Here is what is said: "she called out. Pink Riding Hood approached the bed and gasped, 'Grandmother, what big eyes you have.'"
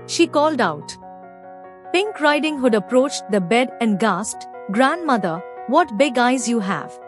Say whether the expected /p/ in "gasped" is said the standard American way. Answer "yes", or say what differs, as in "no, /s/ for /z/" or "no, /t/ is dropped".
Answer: no, /p/ is dropped